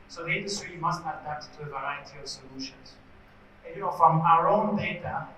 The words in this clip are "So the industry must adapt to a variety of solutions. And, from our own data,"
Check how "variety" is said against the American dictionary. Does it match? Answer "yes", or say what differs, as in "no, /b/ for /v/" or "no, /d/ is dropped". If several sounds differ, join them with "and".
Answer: yes